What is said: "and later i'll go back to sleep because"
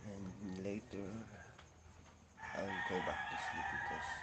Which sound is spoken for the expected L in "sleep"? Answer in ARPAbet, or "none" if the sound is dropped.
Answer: none